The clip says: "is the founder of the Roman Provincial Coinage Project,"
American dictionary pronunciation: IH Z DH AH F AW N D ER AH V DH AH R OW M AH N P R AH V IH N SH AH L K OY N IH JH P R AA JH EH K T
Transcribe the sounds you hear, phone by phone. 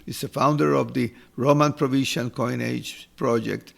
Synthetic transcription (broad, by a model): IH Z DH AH F AW N D ER AH V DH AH R OW M AH N P R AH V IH SH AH N K OY N IH JH P R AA JH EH K T